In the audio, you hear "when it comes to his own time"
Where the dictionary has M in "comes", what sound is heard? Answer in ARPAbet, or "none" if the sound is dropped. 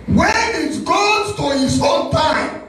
none